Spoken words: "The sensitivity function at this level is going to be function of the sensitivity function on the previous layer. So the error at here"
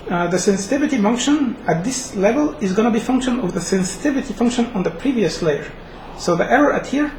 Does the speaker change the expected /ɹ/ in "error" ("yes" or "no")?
no